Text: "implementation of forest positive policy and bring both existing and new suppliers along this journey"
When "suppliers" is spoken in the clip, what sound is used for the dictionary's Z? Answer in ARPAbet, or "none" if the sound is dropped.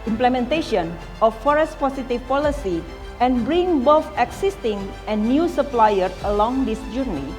none